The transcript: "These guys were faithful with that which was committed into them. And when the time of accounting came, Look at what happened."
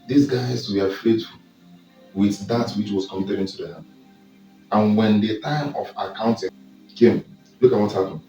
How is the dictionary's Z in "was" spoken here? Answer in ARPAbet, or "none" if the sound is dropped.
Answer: S